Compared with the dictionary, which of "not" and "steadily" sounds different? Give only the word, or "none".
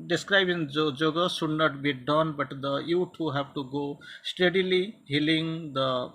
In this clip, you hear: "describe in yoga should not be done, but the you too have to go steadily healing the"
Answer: none